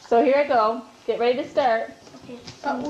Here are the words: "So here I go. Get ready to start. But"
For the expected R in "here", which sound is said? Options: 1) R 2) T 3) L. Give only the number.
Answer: 1